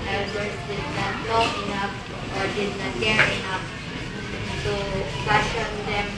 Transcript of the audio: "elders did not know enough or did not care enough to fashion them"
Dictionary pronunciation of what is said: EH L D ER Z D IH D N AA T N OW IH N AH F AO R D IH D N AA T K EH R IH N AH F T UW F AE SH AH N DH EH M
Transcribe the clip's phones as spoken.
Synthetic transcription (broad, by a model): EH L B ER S D IH D N AA T L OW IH N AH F AO R D IH D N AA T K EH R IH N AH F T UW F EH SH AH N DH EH M